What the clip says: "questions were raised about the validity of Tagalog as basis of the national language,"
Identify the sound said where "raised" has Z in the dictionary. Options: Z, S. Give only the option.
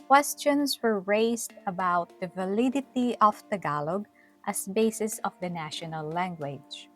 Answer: S